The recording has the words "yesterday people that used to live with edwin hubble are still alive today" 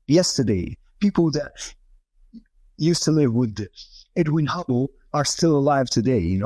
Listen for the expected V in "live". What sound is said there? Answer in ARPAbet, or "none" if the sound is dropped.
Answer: V